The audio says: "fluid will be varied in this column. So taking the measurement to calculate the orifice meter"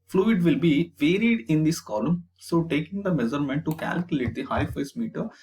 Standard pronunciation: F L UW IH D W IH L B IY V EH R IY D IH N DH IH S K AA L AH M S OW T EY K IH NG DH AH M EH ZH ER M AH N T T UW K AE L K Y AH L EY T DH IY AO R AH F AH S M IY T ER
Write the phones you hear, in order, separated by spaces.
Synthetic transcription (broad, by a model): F L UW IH D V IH L B IY V EH R IY D IH N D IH S K AA L AH M S OW T EY K IH NG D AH M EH Z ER M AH N T T UW K AE L K Y AH L EY T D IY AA AH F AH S M IY T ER